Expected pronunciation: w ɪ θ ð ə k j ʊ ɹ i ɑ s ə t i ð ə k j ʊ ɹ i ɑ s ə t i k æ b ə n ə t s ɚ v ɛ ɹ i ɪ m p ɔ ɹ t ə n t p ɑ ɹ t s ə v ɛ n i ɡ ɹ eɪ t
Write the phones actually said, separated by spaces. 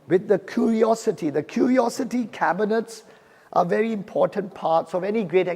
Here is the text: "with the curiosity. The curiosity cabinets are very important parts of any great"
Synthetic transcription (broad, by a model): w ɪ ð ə k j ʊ ɹ i ɑ s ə t i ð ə k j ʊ ɹ i ɑ s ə t i k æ b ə n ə t s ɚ v ɛ ɹ i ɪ m p ɔ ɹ t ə n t p ɑ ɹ t s ə v ɛ n i ɡ ɹ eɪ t